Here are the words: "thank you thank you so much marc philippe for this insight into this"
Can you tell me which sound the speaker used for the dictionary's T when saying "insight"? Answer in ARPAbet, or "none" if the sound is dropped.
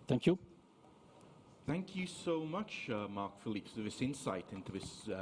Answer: T